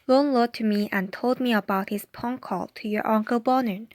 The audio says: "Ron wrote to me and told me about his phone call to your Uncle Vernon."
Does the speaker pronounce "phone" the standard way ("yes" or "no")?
no